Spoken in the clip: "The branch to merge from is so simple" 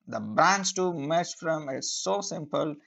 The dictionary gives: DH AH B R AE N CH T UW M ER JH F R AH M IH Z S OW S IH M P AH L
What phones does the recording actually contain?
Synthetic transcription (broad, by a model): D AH B R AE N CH T UW M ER CH F R AH M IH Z S OW S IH M P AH L